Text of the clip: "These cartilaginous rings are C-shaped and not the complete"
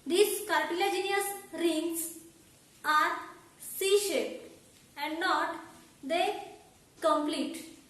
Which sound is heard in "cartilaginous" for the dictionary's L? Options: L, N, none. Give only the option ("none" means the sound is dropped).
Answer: none